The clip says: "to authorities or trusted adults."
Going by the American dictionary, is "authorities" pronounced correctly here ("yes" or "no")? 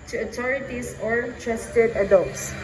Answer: no